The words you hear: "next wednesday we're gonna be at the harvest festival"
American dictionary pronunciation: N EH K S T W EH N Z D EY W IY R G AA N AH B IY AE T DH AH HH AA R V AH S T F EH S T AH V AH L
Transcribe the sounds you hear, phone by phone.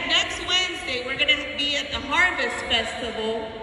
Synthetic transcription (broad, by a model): N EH K S T W EH N Z D EY W IY R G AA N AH B IY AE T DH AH HH AA R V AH S T F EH S T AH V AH L